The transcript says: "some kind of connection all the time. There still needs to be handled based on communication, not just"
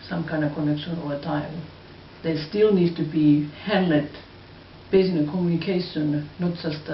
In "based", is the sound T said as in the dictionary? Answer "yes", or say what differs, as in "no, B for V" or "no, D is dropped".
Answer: no, T is dropped